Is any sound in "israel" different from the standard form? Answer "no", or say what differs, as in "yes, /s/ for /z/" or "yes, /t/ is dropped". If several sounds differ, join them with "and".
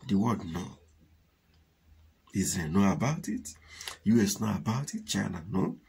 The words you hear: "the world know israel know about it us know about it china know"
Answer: yes, /ɹ/ is dropped